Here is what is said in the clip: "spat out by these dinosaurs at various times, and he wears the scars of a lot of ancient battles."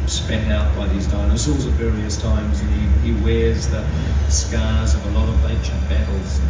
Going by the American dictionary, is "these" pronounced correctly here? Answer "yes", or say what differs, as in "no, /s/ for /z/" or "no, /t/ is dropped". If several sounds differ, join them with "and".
yes